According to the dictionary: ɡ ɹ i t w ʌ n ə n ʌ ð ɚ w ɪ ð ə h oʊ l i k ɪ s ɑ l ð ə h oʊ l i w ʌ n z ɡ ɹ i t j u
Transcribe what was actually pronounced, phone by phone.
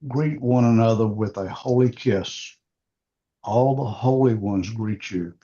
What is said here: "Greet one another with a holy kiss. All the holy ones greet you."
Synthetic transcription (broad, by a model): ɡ ɹ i t w ʌ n ə n ʌ ð ɚ w ɪ ð ə h oʊ l i k ɪ s ɑ l ð ə h oʊ l i w ʌ n z ɡ ɹ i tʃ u